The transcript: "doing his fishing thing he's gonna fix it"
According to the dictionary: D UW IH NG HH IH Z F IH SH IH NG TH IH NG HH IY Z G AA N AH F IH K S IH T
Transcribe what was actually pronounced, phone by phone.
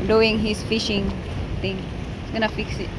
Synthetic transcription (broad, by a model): D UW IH NG HH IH S F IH SH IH NG T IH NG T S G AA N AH F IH K S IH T